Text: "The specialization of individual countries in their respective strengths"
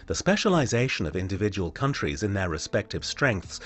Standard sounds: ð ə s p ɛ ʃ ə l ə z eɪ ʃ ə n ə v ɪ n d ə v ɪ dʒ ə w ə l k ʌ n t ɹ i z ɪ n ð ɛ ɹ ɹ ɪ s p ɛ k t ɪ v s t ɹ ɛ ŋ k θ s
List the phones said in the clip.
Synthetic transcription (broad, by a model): ð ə s p ɛ ʃ ə l ə z eɪ ʃ ə n ə v ɪ n d ə v ɪ dʒ ə w ə l k ʌ n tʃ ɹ i z ɪ n ð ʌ ɹ ɹ ɪ s p ɛ k t ɪ v s t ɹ ɛ ŋ k θ s